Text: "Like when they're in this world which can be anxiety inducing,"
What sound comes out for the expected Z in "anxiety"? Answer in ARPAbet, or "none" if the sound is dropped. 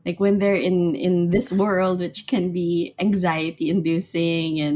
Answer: Z